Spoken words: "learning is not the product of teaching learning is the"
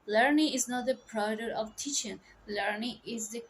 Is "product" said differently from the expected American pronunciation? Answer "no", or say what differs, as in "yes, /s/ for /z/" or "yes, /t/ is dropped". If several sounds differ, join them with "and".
yes, /k/ is dropped